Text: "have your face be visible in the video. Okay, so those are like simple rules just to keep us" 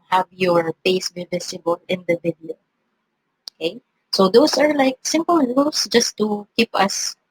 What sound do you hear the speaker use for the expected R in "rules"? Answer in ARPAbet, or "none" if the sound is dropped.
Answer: L